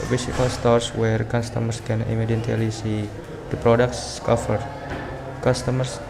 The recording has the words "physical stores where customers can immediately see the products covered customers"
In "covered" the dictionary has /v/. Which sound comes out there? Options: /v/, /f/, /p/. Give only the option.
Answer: /f/